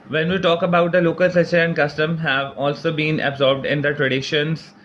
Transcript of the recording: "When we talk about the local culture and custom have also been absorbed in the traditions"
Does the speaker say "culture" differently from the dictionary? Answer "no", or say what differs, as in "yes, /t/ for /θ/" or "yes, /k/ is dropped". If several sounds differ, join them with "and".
yes, /l/ is dropped